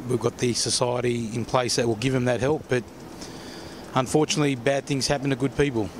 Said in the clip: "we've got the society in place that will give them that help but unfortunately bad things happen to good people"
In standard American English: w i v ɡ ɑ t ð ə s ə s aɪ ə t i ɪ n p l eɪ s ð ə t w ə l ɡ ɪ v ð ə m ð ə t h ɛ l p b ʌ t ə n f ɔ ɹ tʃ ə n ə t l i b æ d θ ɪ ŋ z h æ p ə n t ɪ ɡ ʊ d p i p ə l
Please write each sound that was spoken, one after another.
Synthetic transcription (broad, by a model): w i v ɡ ɑ t ð ə s ə s aɪ ə t i ɪ n p l eɪ s ð ə t w ə l ɡ ɪ v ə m ð ə t h ɛ l p b ʌ t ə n f ɔ ɹ tʃ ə n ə t l i b æ d θ ɪ ŋ z h æ p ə n t ɪ ɡ ʊ d p i p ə l